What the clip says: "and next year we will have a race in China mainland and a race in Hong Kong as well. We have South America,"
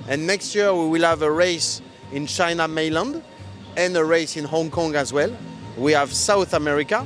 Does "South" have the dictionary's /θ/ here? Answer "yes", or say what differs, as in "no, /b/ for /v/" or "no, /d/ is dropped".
yes